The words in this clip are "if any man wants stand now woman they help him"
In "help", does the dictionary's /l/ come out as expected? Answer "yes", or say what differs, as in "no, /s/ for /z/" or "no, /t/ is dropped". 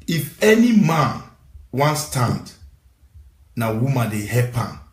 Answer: no, /l/ is dropped